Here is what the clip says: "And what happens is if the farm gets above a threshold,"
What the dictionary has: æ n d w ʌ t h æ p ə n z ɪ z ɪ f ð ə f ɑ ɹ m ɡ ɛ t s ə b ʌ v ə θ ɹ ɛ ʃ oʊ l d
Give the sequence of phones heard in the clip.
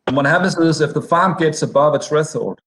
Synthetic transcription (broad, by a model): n w ʌ t h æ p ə n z ɪ z ɪ f ð ə f ɑ ɹ m ɡ ɛ t s ə b ʌ v ə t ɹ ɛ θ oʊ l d